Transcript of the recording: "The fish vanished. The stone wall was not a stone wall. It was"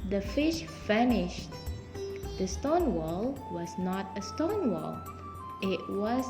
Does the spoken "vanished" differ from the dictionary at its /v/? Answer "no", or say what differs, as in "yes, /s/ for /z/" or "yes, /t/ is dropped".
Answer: yes, /f/ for /v/